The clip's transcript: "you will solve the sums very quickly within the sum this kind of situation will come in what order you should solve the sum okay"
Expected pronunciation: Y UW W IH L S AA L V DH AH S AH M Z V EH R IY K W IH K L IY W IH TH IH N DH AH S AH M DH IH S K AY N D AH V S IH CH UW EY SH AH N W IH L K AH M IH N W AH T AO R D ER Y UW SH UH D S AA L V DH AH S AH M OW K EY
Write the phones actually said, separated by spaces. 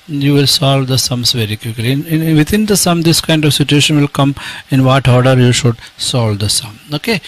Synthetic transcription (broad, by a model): Y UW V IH L S AA L V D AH S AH M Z V EH R IY K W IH K L IY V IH T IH N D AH S AH M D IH S K AY N D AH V S IH CH UW EY SH AH N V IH L K AH M IH N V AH T AO R D ER Y UW SH UH D S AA L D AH S AH M OW K EY